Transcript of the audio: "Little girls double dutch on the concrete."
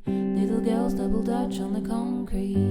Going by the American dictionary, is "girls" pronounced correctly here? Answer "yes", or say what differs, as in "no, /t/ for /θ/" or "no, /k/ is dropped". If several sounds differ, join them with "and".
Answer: yes